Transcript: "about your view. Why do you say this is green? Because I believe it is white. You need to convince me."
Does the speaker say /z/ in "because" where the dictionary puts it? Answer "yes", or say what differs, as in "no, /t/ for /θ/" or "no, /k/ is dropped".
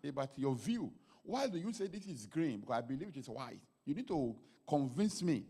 no, /z/ is dropped